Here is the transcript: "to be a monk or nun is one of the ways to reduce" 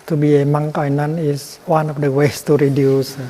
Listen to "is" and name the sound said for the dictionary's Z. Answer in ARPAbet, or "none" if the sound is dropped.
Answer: S